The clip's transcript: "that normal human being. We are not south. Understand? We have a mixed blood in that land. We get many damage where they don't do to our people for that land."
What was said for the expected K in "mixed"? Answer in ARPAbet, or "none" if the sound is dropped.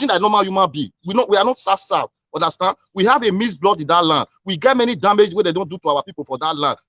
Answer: none